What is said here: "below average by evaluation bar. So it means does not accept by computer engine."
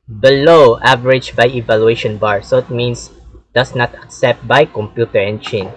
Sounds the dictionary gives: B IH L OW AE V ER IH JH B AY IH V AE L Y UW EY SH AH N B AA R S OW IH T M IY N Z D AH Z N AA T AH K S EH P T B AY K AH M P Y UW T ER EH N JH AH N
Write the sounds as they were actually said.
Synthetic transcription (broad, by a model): B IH L OW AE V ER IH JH B AY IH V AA L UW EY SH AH N B AA R S OW IH T M IY N S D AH S N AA T AH K S EH P T B AY K AH M P Y UW T ER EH N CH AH N